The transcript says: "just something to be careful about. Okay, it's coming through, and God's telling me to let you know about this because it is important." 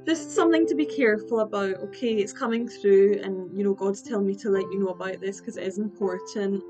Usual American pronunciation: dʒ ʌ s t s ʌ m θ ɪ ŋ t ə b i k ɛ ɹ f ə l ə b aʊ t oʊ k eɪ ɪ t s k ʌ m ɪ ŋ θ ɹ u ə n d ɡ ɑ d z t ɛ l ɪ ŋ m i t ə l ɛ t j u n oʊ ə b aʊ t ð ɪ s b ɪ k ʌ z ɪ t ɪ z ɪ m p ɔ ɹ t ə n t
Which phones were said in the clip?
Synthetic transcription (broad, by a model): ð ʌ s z s ʌ m θ ɪ ŋ t ə b i k ɛ ɹ f ə l ə b aʊ t oʊ k eɪ ɪ t s k ʌ m ɪ ŋ θ ɹ u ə n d ɡ ɑ d z t ɛ l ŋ m i t ə l ɛ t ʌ n oʊ ə b aʊ t ð ɪ s k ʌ z ɪ t ɪ z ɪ m p ɔ ɹ t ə n t